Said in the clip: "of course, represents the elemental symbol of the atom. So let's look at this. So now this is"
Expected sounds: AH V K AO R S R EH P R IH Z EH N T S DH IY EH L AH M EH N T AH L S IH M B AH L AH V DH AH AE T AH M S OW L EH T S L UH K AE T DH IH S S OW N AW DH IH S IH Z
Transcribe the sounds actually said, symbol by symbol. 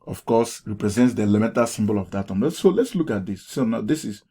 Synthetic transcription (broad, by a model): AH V K AO S R EH P R IH Z EH N T S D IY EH L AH M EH N T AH S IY M B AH L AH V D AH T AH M S OW L EH T S L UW K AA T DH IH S S OW N AW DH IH S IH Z